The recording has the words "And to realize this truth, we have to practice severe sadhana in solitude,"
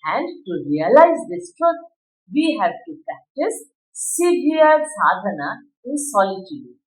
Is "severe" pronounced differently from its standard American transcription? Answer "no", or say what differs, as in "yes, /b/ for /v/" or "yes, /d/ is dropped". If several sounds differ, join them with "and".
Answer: yes, /v/ is dropped